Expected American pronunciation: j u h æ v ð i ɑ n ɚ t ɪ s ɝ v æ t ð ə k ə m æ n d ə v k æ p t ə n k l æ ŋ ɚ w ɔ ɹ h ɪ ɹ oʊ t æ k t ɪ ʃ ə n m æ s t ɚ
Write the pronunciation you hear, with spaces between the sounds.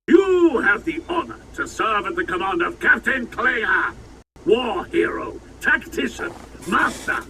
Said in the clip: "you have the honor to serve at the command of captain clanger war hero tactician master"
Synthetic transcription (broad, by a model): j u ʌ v ð i ɑ n ɚ t ɪ s ɝ v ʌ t ð ə k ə m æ n d ə v k æ p t ə n k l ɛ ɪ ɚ w ɔ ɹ h ɪ ɹ oʊ t æ k t ɪ ʃ ə n m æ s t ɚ